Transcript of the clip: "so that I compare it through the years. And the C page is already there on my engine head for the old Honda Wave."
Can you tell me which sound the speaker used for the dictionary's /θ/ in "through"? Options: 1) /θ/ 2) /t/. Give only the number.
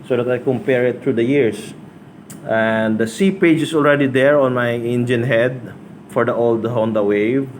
2